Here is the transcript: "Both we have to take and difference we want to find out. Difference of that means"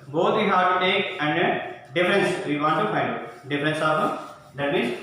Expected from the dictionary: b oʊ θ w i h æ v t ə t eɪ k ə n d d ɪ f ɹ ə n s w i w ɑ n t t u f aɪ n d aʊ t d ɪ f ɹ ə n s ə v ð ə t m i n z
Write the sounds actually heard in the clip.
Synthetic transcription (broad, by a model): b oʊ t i h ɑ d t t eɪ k ə n d d ɪ f ɹ ə n s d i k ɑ t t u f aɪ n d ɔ d ɪ f ɹ ə n s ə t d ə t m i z